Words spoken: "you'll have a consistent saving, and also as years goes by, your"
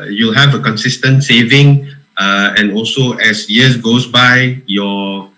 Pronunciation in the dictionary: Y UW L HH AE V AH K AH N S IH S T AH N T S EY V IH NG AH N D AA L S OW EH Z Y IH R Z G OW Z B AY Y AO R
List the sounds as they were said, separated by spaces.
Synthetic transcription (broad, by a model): Y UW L HH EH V AH K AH N S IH S T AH N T S EY V IH NG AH N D AA L S OW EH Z Y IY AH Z G OW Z B AY Y AO